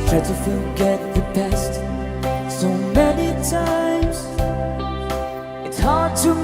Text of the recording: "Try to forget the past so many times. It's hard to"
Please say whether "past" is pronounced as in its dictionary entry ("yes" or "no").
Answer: no